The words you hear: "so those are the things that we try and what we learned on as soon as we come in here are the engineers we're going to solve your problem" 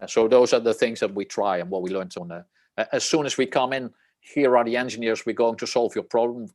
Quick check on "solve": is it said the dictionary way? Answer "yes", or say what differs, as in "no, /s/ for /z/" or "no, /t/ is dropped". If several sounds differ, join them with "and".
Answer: yes